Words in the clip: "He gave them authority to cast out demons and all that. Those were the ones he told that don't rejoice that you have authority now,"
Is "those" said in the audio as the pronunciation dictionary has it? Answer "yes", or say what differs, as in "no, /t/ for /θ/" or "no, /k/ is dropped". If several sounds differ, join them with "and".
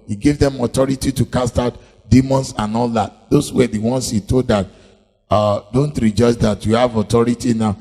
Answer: no, /s/ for /z/